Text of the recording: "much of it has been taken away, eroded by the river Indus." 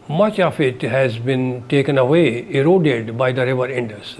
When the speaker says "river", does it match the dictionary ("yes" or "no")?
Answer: yes